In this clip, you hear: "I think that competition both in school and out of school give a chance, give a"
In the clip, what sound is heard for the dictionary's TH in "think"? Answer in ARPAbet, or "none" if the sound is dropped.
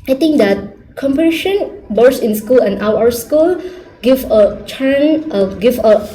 T